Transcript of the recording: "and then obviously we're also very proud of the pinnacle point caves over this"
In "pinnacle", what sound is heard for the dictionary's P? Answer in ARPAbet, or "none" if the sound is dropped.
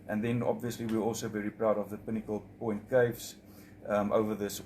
P